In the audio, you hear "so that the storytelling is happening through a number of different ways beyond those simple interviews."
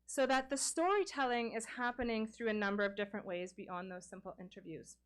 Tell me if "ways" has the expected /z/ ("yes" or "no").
yes